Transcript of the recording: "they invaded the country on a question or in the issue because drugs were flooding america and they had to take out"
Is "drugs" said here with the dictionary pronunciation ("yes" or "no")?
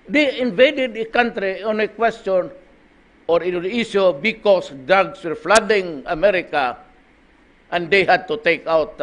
no